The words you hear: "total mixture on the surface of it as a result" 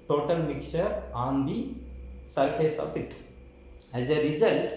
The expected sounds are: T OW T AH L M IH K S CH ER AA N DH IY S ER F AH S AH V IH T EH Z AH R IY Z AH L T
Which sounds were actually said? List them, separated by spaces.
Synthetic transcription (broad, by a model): T OW T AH L M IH K CH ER AA N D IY S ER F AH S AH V IH T EH Z AH R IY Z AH L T